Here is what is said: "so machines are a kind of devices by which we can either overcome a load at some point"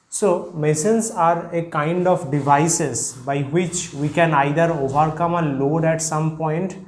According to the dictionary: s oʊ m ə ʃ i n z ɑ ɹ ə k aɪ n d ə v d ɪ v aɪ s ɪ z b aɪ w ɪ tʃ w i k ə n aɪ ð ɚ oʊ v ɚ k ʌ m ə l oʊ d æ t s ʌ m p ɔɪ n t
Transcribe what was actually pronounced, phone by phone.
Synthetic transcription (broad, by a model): s oʊ m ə s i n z ɑ ɹ ə k aɪ n d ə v d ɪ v aɪ s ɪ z b aɪ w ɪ tʃ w i k ə n aɪ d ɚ oʊ v ɚ k ʌ m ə l oʊ d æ t s ʌ m p ɔɪ n t